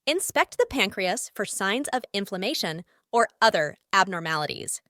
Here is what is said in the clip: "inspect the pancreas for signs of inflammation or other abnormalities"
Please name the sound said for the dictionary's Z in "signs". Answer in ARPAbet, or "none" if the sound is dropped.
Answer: Z